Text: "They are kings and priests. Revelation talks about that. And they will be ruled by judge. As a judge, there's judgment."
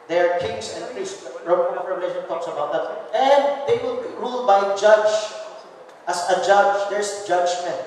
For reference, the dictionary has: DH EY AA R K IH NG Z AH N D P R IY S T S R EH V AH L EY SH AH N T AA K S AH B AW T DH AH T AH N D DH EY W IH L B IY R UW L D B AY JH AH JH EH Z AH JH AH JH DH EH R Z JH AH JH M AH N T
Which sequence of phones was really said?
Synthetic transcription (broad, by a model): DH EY AA R K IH NG S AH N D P R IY S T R R EH V AH L EY SH AH N T AA K S AH B AW T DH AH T AH N D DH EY W IH L B IY R UW L D B AY JH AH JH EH S AH JH AH JH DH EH R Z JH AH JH M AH N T